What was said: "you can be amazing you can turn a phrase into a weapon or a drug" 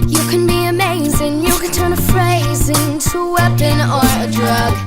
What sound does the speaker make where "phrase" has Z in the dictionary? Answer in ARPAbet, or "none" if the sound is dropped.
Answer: Z